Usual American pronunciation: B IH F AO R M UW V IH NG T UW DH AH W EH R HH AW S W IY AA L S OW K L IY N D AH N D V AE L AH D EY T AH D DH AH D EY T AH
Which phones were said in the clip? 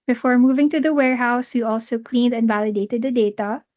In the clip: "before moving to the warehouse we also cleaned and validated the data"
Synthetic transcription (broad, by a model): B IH F AO R M UW V IH NG T UW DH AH W EH R HH AW S W IY AA L S OW K L IY N D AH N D V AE L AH D EY T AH D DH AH D EY T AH